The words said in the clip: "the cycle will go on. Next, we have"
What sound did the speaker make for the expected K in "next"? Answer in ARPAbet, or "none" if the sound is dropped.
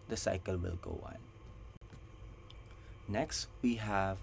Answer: K